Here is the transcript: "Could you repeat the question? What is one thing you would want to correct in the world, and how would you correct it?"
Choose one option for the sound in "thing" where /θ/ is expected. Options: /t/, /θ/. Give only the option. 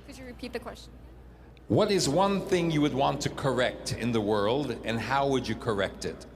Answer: /θ/